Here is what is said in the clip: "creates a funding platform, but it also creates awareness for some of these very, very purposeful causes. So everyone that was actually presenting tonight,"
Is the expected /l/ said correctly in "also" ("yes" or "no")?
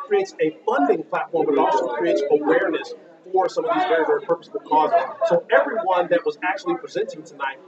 no